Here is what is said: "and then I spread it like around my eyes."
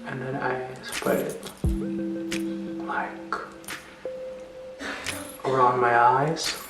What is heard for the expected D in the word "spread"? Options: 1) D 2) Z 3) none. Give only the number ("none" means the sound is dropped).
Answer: 3